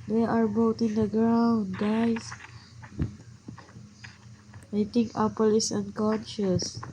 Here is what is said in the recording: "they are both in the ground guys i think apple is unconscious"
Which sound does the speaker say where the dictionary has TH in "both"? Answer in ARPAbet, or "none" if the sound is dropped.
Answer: T